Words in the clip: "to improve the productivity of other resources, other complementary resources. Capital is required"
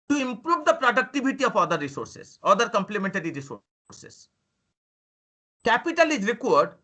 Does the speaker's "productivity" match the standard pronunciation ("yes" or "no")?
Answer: no